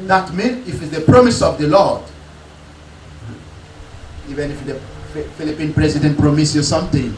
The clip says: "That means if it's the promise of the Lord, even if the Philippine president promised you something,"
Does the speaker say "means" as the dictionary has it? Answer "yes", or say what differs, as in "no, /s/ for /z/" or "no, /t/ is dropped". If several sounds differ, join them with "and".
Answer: no, /z/ is dropped